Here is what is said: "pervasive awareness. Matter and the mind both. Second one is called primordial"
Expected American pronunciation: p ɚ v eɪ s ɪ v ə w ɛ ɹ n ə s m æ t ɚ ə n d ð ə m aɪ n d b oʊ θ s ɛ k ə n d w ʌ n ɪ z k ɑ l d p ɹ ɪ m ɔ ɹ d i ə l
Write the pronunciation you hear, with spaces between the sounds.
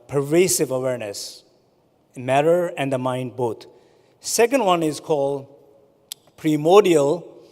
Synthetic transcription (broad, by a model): p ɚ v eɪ s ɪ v ə w ɛ ɹ n ə s m æ t ɚ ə n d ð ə m aɪ n d b oʊ t s ɛ k ə n d w ʌ n ɪ z k ɑ l d p ɹ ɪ m ɔ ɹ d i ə l